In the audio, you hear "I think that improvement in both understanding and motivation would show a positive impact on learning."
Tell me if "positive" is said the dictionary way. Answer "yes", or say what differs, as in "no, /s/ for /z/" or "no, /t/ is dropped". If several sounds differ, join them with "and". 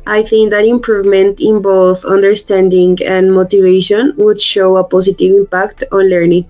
no, /s/ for /z/